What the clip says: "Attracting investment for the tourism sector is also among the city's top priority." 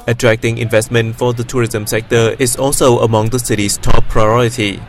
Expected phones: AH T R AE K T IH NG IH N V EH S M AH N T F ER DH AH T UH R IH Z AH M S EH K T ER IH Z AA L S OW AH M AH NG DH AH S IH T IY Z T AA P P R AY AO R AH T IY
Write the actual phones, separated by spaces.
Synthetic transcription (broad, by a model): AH T R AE K T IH NG IH N V EH S M AH N T F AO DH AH T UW R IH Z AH M S EH K T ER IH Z AA L S OW AH M AH NG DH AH S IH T IY S T AA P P R AY AO R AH T IY